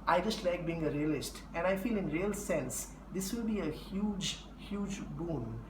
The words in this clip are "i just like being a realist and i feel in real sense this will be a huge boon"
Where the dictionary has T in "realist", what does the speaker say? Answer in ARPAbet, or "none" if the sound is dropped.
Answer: T